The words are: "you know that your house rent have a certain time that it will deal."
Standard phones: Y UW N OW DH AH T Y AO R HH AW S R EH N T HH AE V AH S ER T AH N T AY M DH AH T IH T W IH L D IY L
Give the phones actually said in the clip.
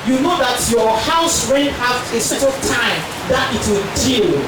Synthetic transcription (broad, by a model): Y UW N OW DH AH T Y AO HH AW S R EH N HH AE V AH S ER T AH L T AY M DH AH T IH T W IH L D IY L